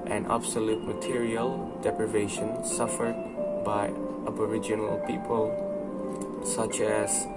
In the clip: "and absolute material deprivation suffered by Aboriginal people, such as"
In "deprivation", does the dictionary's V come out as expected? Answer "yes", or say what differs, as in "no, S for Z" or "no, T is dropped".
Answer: yes